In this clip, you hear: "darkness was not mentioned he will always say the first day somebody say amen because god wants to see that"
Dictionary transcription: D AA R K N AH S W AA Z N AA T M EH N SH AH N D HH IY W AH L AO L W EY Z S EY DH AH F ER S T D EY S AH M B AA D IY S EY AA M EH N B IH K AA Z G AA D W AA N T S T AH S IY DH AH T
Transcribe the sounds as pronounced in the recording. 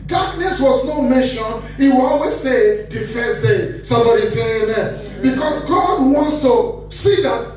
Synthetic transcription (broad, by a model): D AA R K N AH S W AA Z N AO M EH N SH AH N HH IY W AH L AO L W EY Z S EY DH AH F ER S T D EY S AH M B AA D IY S EY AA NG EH B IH K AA S G AA D W AA N T S T AH S IY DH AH T